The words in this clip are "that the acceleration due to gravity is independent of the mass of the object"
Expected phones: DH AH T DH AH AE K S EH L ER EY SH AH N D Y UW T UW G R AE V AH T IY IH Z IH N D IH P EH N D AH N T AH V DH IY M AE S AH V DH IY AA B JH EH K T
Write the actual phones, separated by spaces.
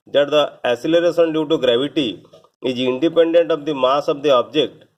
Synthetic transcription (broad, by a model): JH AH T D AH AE S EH L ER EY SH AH N D Y UW T UW G R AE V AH T IY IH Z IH N D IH P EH N D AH N T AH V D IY M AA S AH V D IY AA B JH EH K T